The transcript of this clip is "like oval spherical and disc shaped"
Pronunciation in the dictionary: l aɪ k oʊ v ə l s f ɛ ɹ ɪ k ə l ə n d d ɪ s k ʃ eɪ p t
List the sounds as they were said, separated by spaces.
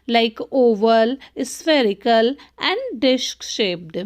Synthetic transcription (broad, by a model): l aɪ k oʊ v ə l s f ɛ ɹ ɪ k ə l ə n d d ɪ ʃ k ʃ eɪ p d